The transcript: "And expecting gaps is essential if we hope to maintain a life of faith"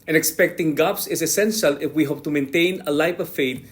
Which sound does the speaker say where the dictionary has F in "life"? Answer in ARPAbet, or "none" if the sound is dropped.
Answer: P